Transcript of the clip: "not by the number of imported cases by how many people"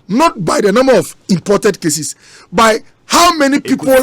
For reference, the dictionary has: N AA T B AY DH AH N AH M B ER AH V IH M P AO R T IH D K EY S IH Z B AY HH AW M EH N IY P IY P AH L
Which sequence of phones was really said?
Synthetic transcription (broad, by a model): N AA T B AY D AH N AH M B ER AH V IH M P AO T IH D K EY S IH S B AY HH AW M EH N IY P IY P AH